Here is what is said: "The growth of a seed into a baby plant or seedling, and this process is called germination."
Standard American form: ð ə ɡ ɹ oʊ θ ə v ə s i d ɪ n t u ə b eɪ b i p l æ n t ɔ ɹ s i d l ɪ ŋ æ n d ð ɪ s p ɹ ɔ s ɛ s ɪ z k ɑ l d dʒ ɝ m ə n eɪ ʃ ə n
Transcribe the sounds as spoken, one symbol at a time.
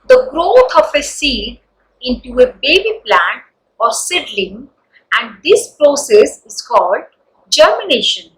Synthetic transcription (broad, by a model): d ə ɡ ɹ oʊ t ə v ə s i d ɪ n t u ə b eɪ b i p l æ n t ɔ ɹ s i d l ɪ ŋ æ n d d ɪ s p ɹ ɔ s ɛ s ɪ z k ɑ l d dʒ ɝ m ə n eɪ ʃ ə n